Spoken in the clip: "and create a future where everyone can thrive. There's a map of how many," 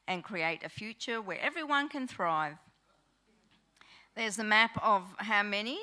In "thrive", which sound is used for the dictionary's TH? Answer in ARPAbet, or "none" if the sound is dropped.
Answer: TH